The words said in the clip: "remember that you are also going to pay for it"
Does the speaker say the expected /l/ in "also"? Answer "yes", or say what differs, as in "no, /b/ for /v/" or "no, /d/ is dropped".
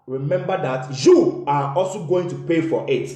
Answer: yes